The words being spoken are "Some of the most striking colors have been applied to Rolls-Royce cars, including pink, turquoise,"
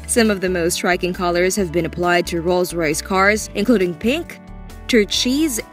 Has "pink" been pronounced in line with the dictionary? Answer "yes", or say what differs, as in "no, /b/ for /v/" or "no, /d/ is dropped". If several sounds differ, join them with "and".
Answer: yes